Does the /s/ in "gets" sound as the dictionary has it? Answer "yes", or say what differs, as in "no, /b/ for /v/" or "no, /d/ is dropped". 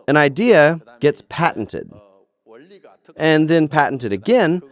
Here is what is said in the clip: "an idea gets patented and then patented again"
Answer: yes